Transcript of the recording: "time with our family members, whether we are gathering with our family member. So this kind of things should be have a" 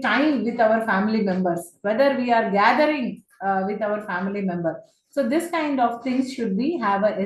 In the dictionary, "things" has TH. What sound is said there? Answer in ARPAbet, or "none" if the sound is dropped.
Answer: T